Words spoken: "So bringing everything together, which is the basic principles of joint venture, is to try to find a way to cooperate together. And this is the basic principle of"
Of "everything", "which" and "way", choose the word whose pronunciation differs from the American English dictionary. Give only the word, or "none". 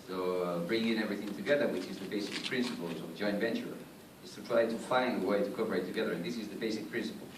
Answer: none